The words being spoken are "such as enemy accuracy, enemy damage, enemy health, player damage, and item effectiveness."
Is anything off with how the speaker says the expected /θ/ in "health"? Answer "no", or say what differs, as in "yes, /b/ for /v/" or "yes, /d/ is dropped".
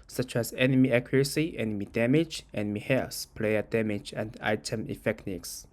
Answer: yes, /s/ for /θ/